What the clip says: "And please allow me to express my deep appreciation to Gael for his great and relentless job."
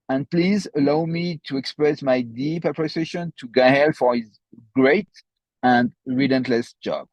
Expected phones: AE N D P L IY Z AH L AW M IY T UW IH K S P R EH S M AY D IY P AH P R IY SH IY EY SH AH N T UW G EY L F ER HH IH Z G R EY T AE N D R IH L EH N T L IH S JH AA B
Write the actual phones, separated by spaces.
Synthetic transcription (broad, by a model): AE N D P L IY Z AH L AW M IY T UW IH K S P R EH S M AY D IY P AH P R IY S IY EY SH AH N T UW G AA L F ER HH IH Z G R EY T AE N D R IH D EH N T L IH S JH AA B